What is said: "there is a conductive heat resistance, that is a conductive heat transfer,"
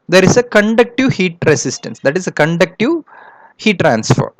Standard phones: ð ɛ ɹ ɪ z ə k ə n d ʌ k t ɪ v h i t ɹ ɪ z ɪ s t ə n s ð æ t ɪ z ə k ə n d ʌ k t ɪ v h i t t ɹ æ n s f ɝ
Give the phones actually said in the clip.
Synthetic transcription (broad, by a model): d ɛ ɹ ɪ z ə k ə n d ʌ k t ɪ v h i t ɹ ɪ s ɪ s t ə n s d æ t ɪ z ə k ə n d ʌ k t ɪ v h i t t ɹ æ n s f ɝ